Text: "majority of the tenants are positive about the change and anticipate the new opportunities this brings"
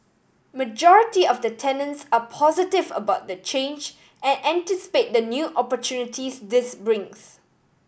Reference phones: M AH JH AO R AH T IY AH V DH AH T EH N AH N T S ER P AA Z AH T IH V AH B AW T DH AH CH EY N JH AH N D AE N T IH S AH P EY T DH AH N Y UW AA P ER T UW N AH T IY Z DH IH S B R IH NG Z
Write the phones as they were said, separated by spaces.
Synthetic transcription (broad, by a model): M AH JH AO R AH T IY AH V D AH T EH N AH N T S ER P AA Z AH T IH V AH B AW T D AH CH EY N JH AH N AE N T IH S AH P EY T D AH N Y UW AA P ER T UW N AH T IY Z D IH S B R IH NG S